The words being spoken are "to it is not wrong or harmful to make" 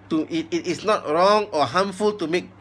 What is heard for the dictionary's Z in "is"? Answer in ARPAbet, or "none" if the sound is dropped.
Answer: S